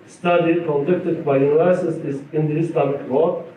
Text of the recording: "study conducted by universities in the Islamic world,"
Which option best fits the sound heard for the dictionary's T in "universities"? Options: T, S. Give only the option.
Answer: S